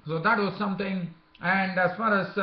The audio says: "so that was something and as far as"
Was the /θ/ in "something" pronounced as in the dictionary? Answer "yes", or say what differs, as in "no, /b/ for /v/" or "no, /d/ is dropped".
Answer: no, /t/ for /θ/